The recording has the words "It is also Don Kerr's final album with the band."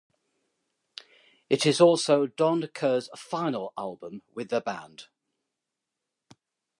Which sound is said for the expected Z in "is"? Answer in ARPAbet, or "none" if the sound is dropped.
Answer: Z